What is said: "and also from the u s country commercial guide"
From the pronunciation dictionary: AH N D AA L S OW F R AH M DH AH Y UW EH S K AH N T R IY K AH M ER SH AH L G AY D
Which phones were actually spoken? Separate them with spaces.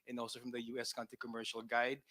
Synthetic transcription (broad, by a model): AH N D AA L S OW F R AH M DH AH Y UW EH S K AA N T IY K AH M ER SH AH L G AY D